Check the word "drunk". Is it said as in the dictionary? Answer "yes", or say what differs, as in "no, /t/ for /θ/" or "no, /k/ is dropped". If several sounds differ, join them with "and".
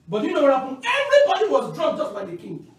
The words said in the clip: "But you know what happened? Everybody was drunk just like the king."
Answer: no, /ŋ/ is dropped